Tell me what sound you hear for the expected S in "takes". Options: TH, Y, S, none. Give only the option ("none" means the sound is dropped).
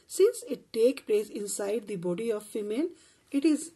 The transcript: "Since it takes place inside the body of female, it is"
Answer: none